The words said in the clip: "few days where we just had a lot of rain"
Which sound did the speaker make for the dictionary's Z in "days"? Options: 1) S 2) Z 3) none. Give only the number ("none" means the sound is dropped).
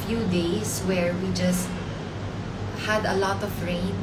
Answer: 1